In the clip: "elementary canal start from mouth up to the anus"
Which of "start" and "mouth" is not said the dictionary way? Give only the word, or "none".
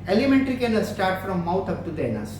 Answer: mouth